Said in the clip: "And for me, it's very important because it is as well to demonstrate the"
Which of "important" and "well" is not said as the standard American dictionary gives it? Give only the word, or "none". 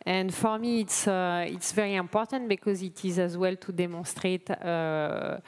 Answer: none